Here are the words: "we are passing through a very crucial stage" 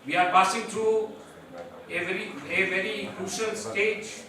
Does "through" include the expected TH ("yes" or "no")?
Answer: no